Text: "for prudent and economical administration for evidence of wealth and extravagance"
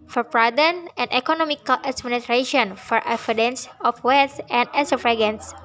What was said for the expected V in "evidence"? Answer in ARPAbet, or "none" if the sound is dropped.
F